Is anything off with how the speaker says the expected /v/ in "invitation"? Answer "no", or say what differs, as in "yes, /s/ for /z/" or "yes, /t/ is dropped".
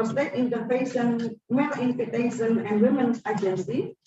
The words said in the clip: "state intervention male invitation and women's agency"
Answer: yes, /f/ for /v/